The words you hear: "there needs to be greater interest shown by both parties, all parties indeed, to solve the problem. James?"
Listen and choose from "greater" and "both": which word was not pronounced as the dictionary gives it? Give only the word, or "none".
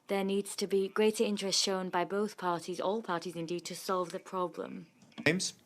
none